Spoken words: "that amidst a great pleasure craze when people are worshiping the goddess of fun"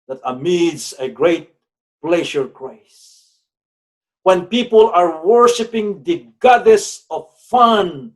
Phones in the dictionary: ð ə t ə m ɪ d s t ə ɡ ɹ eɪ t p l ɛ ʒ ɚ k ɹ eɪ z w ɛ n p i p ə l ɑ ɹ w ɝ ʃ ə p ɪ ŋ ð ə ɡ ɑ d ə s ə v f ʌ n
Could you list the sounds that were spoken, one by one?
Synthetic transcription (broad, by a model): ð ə t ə m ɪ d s ə ɡ ɹ eɪ t p l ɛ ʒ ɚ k ɹ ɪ s w ɛ n p i p ə l ɑ ɹ w ɝ ʃ ə p ɪ ŋ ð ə ɡ ɑ d ə s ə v f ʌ n